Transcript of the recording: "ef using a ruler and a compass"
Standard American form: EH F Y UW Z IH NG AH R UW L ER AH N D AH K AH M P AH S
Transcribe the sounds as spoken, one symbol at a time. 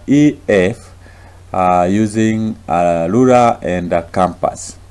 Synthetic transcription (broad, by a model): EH F Y UW Z IH NG AH L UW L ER AH N D AH K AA M P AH S